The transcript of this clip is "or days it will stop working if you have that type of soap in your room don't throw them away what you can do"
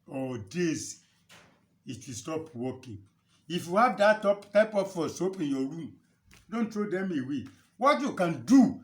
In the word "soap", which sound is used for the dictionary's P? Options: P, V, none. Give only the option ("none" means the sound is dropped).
P